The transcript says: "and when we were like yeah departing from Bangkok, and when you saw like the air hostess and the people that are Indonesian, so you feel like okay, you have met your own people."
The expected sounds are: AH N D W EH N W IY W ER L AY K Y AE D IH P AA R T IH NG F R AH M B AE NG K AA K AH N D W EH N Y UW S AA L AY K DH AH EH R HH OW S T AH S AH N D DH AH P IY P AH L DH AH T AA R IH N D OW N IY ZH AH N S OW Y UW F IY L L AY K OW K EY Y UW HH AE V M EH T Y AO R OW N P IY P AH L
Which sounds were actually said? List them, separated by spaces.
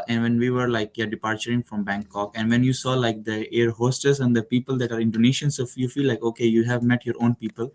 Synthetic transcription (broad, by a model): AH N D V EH N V IY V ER L AY K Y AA D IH P AA R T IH NG F R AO M B AE NG K AA K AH N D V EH N Y UW S AA L AY K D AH EH R HH OW S T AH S AH N D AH P IY P AH L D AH T AA R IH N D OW N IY SH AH N S OW Y UW F IY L L AY K OW K EY Y UW HH AE V M EH T Y AO R OW N P IY P AH L